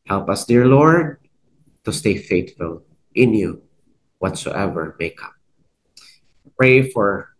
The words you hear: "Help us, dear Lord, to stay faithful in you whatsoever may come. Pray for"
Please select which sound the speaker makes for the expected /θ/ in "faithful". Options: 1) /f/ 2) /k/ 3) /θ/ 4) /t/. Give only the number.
4